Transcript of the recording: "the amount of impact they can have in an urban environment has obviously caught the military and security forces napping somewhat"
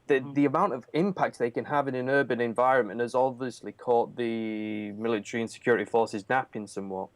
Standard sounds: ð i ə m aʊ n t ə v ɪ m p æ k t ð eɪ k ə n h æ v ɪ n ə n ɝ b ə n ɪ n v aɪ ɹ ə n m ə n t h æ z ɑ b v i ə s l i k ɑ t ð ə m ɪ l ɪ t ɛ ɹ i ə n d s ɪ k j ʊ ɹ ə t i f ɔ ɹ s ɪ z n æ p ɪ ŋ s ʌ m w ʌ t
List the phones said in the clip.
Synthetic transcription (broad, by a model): ð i ə m aʊ n t ə v ɪ m p æ k t ð eɪ k ə n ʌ v ɪ n ə n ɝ b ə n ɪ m v aɪ ɹ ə n m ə n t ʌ z ɑ b v i ə s l i k ɑ t ð ə m ɪ l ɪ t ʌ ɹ i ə n s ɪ k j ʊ ɹ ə t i f ɔ ɹ s ɪ z n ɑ p ɪ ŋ s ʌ m w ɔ t